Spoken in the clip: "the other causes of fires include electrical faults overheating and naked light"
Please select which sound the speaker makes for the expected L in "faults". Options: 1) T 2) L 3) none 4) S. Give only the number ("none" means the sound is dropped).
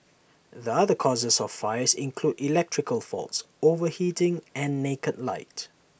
2